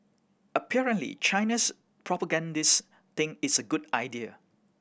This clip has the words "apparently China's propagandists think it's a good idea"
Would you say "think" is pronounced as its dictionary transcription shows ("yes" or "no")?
no